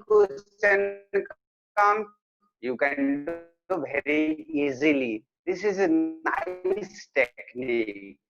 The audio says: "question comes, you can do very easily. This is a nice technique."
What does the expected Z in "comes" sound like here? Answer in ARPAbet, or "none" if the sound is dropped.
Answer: none